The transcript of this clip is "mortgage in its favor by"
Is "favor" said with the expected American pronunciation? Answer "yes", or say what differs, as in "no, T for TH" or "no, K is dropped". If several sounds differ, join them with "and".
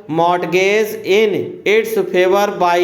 no, P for F